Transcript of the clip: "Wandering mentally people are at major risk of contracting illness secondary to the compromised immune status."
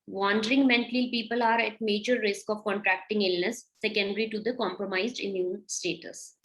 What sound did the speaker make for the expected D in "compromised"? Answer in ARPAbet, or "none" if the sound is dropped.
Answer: D